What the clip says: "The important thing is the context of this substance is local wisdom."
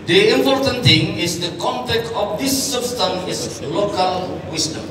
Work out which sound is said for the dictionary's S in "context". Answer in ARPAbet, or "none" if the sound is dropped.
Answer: none